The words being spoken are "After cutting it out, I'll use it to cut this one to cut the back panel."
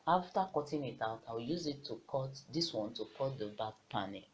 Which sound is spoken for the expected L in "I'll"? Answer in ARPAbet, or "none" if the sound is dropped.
W